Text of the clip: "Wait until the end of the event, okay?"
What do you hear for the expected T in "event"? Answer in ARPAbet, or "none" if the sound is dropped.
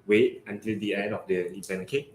none